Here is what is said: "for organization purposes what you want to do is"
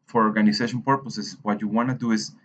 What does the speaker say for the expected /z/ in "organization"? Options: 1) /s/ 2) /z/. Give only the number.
1